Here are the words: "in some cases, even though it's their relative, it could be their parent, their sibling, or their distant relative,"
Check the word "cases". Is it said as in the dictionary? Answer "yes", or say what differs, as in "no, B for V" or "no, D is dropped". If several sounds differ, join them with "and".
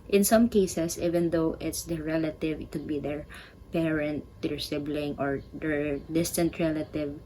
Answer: no, S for Z